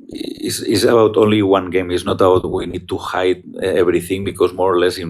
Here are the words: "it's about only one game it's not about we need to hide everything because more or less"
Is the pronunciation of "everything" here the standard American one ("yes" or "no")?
no